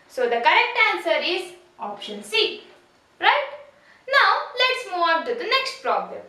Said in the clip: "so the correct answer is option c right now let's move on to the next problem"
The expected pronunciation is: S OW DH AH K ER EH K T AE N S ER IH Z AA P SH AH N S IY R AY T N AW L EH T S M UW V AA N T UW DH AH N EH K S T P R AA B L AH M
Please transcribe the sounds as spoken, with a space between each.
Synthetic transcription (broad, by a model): S OW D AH K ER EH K T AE N S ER IH Z AA P SH AH N S IY R AY T N AW L EH T S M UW AA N T UW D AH N EH K S T P R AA B L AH M